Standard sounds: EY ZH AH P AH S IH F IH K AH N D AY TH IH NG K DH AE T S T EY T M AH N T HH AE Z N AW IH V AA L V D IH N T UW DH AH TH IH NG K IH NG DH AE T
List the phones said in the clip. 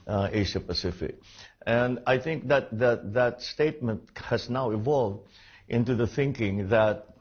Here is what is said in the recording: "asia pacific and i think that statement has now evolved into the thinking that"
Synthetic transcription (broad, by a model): EY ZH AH P AH S IH F IH K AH N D AY TH IH NG K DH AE T S T EY T M AH N T HH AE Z N AW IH V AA L V D IH N T UW DH AH TH IH NG K IH NG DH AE T